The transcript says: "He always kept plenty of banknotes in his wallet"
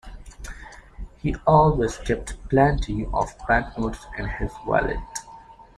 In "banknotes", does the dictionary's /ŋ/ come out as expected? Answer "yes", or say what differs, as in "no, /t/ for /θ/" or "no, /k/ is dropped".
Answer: no, /ŋ/ is dropped